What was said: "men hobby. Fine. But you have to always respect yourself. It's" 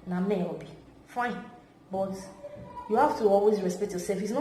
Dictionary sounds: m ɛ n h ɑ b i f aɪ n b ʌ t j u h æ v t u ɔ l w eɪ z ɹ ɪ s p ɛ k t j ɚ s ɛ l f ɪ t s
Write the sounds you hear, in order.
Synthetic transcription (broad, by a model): m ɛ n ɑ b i f aɪ n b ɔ t j u h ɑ f t u ɔ l w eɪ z ɹ ɪ s p ɛ k t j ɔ s ɛ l f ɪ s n